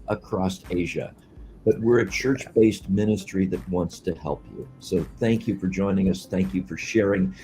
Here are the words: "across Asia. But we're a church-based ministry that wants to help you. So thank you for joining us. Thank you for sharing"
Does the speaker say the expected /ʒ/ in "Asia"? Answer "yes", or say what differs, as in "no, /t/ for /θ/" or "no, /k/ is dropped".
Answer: yes